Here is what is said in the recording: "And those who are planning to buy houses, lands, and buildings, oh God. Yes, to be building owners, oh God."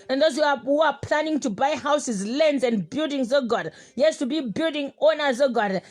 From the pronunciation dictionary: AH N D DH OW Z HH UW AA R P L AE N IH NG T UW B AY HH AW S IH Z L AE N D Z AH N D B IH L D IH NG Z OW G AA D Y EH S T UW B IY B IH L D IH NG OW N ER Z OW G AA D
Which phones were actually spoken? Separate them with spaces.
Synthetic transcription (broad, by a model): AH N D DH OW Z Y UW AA W P L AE N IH NG T UW B AY HH AW S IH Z L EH N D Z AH N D B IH L D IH NG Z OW G AA D Y EH S T UW B IY B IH L D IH NG OW N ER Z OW G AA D